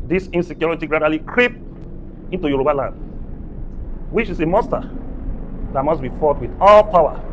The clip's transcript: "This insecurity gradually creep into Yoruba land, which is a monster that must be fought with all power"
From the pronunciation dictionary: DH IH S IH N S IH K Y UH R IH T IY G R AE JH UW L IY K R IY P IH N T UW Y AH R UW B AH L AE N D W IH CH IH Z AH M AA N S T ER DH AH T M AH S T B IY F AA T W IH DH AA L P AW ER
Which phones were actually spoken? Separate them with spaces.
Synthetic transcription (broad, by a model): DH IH S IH N S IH K Y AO R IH T IY G R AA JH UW L IY K R IY P IH N T UW Y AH R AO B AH L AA N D W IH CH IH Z AH M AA S T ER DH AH T M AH S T B IY F AA T W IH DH AA L P AW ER